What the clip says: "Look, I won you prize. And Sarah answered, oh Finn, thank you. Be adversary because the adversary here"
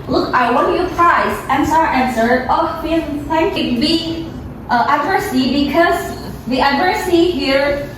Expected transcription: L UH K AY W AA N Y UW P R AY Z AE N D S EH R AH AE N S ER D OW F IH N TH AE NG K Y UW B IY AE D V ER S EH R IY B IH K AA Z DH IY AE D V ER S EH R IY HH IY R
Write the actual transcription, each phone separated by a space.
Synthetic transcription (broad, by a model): L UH K AY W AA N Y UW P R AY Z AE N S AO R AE N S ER OW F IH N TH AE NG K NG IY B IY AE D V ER S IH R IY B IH K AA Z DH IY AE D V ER S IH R IY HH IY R